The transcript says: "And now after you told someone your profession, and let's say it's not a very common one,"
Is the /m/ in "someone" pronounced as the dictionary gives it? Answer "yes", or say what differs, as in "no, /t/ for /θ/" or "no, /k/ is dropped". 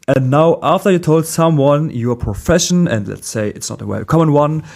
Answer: yes